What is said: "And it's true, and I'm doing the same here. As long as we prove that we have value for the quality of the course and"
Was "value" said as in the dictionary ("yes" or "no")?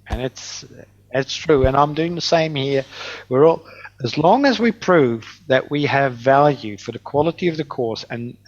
yes